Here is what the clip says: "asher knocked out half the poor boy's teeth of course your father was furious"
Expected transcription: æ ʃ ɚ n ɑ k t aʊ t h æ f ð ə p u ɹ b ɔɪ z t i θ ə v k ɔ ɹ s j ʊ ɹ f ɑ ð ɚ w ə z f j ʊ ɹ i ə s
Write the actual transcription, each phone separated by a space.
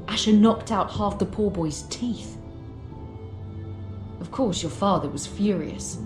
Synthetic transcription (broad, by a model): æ ʃ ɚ n ɑ k t aʊ t h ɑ f ð ə p u ɹ b ɔɪ z t i θ ə v k ɔ ɹ s j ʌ ɹ f ɑ ð ɚ w ə z f j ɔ ɹ i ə s